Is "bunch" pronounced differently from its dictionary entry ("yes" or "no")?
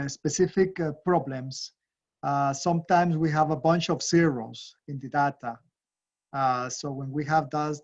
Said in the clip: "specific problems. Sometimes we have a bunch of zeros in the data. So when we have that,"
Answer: no